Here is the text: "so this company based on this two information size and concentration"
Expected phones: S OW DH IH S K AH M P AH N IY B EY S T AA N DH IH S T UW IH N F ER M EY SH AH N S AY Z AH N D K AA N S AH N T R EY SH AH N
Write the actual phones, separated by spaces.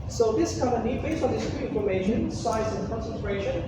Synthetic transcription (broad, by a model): S OW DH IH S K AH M AH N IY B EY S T AA N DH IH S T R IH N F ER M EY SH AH N S AY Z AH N K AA N S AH N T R EY SH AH N